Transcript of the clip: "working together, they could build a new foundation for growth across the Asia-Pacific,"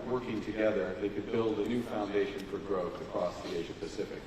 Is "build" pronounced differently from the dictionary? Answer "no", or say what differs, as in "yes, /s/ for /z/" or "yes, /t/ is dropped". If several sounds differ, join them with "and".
no